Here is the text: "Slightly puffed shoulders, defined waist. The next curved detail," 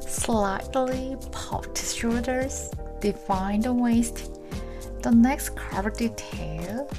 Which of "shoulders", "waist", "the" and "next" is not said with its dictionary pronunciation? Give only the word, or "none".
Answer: shoulders